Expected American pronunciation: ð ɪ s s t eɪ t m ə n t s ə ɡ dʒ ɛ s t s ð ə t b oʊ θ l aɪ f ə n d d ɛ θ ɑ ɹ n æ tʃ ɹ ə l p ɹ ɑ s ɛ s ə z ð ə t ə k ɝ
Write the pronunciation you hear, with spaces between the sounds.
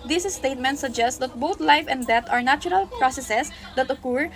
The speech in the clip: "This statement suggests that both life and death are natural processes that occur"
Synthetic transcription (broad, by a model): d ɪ s s t eɪ t m ə n t s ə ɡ dʒ ɛ s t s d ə t b oʊ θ l aɪ f ə n d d ɛ t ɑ ɹ n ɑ tʃ ɹ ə l p ɹ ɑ s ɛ s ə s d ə t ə k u